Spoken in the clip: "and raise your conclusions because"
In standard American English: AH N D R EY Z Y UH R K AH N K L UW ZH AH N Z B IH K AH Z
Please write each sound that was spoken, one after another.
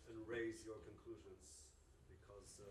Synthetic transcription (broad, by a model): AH N R EY Z Y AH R K AH N K L UW ZH AH N Z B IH K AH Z